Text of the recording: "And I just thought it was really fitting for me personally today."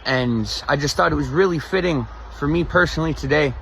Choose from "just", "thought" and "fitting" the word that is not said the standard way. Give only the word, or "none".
none